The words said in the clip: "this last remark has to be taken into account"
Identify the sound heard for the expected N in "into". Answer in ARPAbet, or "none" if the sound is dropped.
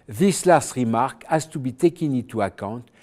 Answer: none